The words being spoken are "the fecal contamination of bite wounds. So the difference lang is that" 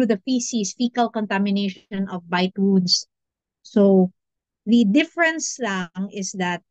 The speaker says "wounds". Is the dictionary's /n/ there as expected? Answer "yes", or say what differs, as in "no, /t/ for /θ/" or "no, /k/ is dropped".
no, /n/ is dropped